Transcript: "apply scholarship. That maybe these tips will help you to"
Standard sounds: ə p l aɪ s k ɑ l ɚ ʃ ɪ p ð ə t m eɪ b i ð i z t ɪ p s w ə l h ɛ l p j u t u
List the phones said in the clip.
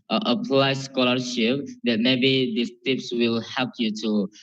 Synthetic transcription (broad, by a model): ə p l aɪ s k ɑ l ɚ ʃ ɪ p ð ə t m eɪ b i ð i s t ɪ p s w ə l h ɛ l p j u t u